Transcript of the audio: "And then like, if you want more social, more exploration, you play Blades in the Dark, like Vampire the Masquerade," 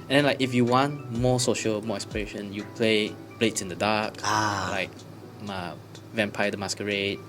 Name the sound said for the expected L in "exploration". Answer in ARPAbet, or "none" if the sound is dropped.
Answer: none